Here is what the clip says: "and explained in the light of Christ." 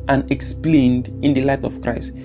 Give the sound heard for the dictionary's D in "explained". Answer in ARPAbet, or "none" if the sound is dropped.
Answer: D